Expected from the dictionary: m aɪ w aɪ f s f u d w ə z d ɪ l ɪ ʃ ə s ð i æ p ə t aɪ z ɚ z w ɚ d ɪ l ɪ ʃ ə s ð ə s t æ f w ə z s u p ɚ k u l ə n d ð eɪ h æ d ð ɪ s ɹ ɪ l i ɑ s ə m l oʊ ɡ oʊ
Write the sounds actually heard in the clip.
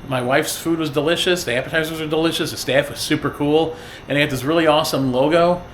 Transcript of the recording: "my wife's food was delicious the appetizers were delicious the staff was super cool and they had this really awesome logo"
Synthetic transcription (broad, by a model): m aɪ w aɪ f s f u d w ə z d ɪ l ɪ ʃ ə s ð i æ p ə t aɪ z ɚ z w ɚ d ɪ l ɪ ʃ ə s ð ə s t æ f w ə z s u p ɚ k u l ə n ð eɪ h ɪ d ð ɪ s ɹ ɪ l i ɑ s ə m l oʊ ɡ oʊ